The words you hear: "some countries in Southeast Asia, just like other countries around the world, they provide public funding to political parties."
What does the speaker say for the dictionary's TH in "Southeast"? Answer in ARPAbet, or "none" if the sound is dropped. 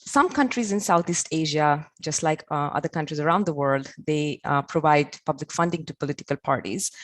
T